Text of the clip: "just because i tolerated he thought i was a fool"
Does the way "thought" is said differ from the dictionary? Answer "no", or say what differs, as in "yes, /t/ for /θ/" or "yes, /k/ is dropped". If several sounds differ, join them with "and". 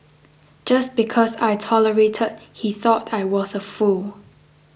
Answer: no